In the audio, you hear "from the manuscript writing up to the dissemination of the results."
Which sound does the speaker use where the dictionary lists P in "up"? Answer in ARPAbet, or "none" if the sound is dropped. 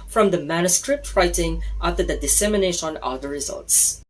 F